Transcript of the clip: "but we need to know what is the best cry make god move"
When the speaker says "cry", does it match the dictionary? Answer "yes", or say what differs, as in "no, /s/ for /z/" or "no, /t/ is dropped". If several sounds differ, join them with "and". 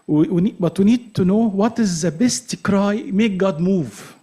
yes